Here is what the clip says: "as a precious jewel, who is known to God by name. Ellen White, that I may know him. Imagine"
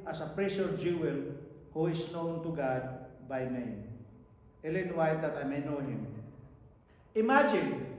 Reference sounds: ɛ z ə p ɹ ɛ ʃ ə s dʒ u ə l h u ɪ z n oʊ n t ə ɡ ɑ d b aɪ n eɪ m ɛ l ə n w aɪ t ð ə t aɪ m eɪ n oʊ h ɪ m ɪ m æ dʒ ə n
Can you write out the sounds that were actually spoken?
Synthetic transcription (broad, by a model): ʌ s ə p ɹ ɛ s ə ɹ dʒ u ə l h u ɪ s n oʊ n t ə ɡ ɑ d b aɪ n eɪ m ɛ l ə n w aɪ t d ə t aɪ m eɪ n oʊ h ɪ m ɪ m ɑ dʒ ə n